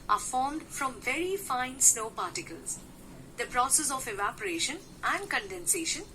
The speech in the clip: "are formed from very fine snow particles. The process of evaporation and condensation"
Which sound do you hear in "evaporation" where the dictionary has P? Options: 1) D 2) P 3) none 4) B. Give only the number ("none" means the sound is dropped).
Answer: 2